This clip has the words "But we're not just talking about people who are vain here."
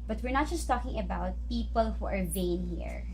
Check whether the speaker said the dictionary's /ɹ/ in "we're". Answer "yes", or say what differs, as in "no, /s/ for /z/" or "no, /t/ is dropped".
yes